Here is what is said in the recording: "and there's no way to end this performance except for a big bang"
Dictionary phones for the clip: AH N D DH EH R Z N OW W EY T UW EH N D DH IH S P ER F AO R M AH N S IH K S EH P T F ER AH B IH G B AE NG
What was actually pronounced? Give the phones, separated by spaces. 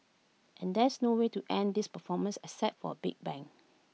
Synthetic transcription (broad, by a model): AH N D EH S N OW W EY T UW EH N D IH S P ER F AO M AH N S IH S EH T F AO AH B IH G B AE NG